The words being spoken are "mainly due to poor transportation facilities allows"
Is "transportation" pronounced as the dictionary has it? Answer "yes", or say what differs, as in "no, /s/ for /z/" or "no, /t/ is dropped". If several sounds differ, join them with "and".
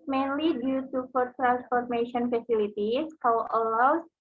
no, /f/ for /p/